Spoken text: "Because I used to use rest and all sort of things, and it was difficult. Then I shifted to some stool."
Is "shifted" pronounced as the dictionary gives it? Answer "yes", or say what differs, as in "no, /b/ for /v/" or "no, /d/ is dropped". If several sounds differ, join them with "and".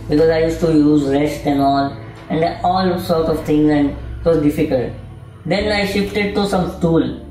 yes